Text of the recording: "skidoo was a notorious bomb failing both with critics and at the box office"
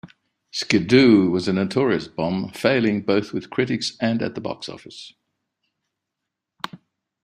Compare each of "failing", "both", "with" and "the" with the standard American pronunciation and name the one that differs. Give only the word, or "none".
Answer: none